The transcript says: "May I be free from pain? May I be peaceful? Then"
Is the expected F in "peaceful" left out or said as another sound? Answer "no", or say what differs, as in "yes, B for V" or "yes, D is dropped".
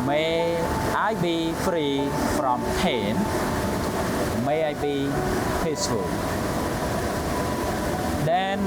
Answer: yes, F is dropped